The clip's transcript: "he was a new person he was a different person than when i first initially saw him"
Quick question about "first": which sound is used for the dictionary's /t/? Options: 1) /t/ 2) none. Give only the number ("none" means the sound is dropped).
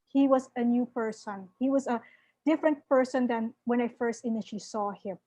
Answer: 1